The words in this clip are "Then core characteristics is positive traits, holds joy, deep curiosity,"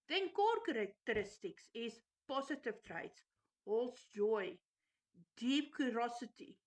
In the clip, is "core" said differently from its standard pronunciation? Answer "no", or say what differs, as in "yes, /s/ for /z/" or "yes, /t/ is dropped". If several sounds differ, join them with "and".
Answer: no